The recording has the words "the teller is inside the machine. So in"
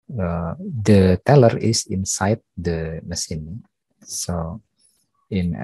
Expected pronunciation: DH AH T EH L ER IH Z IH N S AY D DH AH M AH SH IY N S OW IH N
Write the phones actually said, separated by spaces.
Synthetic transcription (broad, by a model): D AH T EH L ER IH S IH N S AY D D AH M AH S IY N S OW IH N